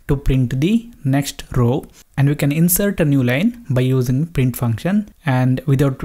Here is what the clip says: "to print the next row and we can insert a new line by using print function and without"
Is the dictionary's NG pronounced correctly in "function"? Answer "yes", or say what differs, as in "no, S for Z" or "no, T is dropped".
yes